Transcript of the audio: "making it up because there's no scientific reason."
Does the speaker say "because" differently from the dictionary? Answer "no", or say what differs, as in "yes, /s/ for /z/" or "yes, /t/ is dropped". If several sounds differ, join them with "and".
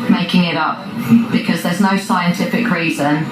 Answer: no